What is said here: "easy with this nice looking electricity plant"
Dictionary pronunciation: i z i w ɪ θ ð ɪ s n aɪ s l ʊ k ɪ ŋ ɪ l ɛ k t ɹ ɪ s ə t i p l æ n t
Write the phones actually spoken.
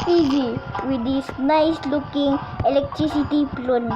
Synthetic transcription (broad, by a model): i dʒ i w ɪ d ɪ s n aɪ s l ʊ k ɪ ŋ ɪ l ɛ k t ɹ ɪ s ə t i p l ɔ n